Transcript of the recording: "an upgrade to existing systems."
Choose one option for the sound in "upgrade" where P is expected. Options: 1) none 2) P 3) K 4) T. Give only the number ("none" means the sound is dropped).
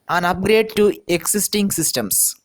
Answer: 2